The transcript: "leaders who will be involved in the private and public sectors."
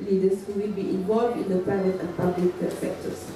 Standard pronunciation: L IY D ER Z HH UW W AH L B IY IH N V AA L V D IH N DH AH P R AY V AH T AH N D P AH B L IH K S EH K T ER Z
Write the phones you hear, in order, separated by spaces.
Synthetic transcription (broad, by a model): L IY D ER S HH UW W AH L B IY IH N V AA L V D IH N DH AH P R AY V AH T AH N P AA B L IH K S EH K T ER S